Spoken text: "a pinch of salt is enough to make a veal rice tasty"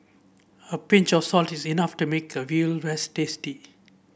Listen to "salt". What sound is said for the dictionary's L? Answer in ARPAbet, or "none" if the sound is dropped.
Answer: L